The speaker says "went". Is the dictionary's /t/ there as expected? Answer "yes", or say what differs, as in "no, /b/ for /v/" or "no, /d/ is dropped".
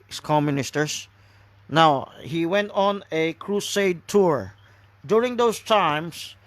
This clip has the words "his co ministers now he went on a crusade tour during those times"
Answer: yes